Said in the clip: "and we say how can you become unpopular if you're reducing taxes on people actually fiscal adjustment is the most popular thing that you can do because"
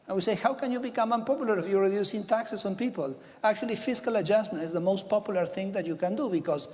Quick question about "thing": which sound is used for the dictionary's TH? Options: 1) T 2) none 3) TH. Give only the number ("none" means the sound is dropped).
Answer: 3